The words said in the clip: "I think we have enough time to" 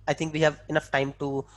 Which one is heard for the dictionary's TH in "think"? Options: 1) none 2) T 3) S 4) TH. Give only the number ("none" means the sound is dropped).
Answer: 2